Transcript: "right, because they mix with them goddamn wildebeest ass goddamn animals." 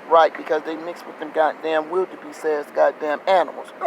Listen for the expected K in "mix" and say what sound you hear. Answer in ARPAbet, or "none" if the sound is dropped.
K